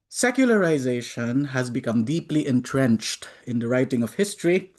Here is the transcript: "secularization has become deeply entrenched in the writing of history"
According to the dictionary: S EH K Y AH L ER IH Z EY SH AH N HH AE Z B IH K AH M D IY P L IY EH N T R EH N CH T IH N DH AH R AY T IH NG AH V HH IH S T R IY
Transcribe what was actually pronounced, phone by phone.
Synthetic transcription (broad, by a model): S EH K Y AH L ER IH Z EY SH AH N HH AE Z B IH K AH M D IY P L IY EH N T R EH N CH T IH N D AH R AY T IH NG AH V HH IH S T R IY